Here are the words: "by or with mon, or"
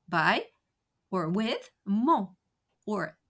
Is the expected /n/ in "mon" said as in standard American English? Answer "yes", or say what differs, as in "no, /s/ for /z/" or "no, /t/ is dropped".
no, /n/ is dropped